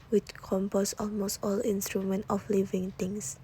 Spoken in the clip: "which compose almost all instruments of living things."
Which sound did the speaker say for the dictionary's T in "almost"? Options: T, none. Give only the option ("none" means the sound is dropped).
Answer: T